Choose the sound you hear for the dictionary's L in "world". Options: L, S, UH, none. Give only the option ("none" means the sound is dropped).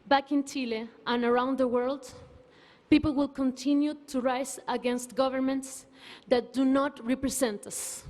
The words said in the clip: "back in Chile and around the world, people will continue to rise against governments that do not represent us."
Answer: L